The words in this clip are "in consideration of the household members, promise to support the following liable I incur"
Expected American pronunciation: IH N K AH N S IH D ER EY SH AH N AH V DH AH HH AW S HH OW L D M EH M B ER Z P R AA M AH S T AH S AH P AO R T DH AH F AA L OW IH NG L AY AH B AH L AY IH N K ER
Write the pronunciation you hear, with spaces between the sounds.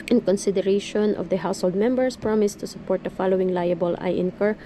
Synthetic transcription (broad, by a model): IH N K AH N S IH D ER EY SH AH N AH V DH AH HH AW S HH OW L D M EH M B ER S P R AA M AH S T AH S AH P AO R T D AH F AA L OW IH NG L AY AH B AH L AY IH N K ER